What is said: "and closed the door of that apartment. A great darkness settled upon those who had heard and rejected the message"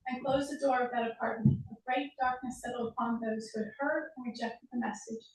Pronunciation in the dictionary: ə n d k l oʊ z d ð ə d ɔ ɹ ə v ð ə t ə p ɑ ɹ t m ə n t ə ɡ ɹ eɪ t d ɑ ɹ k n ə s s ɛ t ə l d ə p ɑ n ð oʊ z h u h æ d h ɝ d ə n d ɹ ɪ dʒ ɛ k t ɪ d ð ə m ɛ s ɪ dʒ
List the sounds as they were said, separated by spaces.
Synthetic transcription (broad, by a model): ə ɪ k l oʊ z ð ə d ɔ ɹ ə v ð ə t ə p ɑ ɹ t m ə n t ə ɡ ɹ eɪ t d ɑ ɹ k n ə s s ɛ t l ə p ɑ n ð oʊ z h u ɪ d h ɝ d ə n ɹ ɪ dʒ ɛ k t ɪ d ð ə m ɛ s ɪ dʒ